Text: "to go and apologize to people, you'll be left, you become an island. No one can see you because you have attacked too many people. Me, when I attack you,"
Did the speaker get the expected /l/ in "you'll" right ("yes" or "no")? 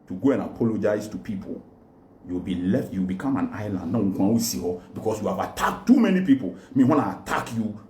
no